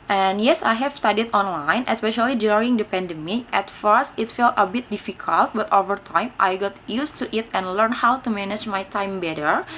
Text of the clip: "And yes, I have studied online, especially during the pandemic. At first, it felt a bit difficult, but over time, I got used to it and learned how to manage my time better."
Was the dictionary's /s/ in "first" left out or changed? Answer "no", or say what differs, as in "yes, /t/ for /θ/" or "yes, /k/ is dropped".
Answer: no